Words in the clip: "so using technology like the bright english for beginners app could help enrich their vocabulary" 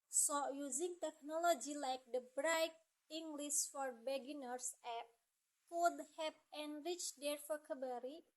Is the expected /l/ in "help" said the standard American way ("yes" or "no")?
no